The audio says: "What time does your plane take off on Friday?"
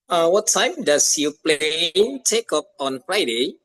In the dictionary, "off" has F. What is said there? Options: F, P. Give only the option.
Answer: P